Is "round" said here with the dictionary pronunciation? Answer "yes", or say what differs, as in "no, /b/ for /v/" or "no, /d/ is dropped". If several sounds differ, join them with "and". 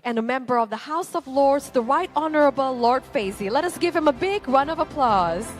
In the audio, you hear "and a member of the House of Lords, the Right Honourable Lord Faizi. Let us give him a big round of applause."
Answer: no, /d/ is dropped